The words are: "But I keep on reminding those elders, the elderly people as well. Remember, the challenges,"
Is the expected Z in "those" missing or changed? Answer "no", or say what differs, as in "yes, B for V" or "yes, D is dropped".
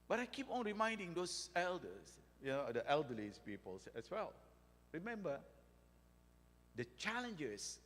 yes, S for Z